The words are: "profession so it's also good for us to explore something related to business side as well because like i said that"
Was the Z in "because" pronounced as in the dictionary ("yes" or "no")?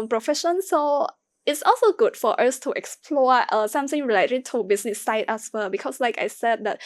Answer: no